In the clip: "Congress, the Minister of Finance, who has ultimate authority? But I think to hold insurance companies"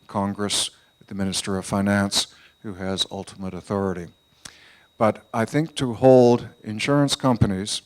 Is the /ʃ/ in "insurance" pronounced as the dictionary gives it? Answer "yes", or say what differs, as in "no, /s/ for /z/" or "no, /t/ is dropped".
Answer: yes